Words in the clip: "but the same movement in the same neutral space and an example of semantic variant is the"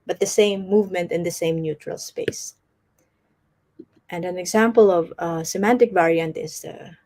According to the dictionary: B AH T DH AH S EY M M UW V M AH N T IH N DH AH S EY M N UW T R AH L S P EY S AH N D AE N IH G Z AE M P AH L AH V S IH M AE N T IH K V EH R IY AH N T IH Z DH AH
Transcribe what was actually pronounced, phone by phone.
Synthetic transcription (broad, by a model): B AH T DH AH S EY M M UW V M AH N T IH N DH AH S EY M N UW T R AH L S P EY S AH N D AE N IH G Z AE M P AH L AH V S IH M AE N T IH K V EH R IY AH N T IH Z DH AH